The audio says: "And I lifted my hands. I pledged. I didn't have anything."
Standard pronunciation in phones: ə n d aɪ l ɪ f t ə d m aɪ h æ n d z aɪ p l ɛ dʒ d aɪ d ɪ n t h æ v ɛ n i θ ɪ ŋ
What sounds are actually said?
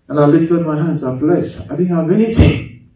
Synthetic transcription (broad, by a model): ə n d aɪ l ɪ f t ə d m aɪ h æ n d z aɪ f l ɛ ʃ aɪ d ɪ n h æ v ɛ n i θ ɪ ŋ